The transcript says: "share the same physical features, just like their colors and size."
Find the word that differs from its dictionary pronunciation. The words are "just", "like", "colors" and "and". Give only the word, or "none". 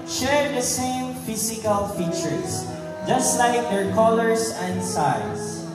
colors